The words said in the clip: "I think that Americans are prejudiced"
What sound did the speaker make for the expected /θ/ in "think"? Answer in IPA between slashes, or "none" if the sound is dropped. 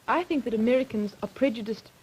/θ/